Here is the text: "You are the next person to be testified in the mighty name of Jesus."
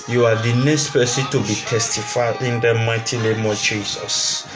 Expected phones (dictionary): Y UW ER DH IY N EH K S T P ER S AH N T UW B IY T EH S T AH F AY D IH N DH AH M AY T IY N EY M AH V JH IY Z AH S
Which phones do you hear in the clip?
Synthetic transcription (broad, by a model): Y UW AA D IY N EH K S T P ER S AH T UW B IY T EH S T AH F AY IH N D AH M AY T IY L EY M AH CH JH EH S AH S